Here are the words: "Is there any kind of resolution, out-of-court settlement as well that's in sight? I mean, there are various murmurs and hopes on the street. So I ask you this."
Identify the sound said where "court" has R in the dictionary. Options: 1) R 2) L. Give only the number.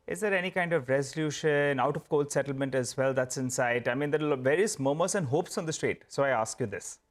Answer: 2